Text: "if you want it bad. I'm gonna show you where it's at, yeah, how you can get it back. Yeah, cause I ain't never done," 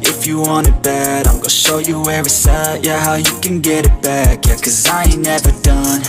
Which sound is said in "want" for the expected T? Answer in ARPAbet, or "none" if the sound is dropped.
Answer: none